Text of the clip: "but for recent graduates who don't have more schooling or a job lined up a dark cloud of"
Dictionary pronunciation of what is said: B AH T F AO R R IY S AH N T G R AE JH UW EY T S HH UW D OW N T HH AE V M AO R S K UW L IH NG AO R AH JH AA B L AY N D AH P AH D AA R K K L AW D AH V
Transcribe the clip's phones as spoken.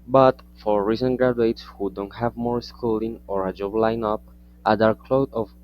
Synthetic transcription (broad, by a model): B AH T F AO R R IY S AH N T G R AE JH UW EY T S HH UW D OW N T HH AE V M AO R S K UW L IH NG AO R AH JH AA B L AY N AH P AH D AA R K K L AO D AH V